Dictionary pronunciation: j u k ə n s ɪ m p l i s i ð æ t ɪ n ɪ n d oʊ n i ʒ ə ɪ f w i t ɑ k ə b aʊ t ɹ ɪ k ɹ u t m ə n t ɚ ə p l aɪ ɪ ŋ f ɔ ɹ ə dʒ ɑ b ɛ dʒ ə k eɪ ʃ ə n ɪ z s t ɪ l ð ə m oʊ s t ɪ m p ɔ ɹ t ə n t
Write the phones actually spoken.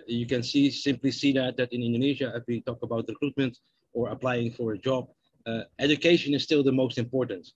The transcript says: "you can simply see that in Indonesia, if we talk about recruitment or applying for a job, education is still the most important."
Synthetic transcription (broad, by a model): j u k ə n s ɪ m p l i s i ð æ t ɪ n ɪ n d oʊ n i ʒ ə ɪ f w i t ɑ k ə b aʊ t ɹ ɪ k ɹ u t m ə n t ɚ ə p l aɪ ɪ ŋ f ɔ ɹ ə dʒ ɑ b ɛ dʒ ə k eɪ ʃ ə n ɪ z s t ɪ l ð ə m oʊ s t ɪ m p ɔ ɹ t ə n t